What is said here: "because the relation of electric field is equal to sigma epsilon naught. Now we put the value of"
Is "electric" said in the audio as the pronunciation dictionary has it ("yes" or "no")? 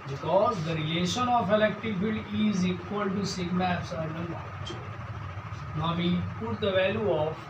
no